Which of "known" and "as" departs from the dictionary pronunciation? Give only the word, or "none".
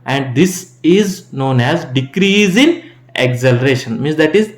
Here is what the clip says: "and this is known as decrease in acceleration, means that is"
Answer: none